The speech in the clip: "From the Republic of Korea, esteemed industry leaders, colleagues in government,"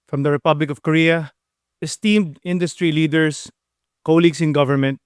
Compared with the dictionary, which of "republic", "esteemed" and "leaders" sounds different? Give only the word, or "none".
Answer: leaders